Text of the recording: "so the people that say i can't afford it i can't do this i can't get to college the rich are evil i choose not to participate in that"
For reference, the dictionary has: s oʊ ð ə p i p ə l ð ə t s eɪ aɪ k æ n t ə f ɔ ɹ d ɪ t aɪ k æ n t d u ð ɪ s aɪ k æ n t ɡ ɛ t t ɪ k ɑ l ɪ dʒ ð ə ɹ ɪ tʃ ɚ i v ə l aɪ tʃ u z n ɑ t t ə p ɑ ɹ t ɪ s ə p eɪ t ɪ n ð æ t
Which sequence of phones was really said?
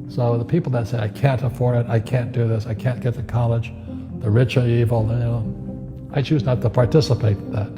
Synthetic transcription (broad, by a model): s oʊ ð ə p i p l ð ə t s eɪ aɪ k æ n t ə f ɔ ɹ d ɪ t aɪ k æ n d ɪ ð ɪ s aɪ k æ n ɡ ɛ t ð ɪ k ɑ l ɪ dʒ ð ə ɹ ɪ tʃ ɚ i v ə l aɪ tʃ u z n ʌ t t ə p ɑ ɹ t ɪ s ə p eɪ ɪ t ð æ t